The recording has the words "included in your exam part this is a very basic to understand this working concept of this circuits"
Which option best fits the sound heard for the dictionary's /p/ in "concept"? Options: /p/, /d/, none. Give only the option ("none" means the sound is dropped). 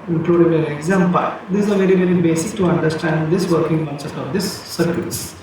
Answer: none